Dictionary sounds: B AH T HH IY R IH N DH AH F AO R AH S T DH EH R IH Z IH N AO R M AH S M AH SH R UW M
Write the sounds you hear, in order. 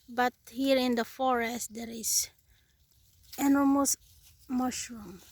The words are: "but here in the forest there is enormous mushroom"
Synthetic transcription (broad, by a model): B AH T HH IY R IH N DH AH F AO R AH S T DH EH R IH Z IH N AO L M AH S M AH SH R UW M